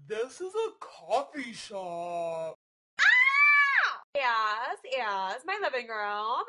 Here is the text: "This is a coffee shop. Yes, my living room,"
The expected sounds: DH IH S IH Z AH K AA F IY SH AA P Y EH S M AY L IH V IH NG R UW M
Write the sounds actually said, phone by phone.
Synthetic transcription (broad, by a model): DH IH S IH Z AH K AA F IY SH AA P Y EH S M AY L IH V IH NG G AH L